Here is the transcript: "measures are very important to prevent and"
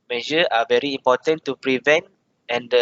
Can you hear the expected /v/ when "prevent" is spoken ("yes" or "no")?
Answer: yes